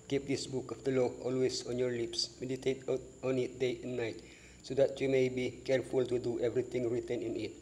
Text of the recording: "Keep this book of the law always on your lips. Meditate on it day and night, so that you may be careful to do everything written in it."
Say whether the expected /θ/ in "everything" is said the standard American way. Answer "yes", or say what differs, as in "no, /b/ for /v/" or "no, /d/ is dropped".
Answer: no, /t/ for /θ/